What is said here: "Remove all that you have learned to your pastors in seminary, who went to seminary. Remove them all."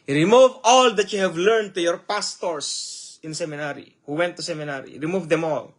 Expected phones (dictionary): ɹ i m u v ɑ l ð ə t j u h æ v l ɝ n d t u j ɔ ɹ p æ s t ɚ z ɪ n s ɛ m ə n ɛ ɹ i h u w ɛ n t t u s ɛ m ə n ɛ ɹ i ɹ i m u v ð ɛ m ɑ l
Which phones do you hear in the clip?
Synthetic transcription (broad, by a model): ɹ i m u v ɑ l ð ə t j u h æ v l ɝ n d t u j ɔ ɹ p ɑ s t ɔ s ɪ n s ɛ m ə n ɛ ɹ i h u w ɛ n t t u s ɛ m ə n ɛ ɹ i ɹ i m u v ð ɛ m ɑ l